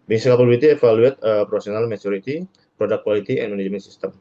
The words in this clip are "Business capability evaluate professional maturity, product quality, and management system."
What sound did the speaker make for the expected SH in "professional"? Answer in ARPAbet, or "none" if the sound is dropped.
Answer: S